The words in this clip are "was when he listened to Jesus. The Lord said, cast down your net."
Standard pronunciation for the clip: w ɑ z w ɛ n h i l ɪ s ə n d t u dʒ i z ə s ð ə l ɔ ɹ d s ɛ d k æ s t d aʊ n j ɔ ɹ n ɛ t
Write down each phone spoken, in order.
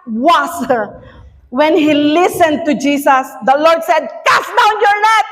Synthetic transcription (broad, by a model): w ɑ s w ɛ n h i l ɪ s ə n d t u dʒ i s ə s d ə l ɔ ɹ d s ɛ d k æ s d aʊ n j ɔ ɹ n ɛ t